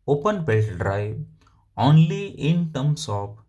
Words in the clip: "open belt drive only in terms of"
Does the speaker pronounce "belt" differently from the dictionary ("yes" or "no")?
yes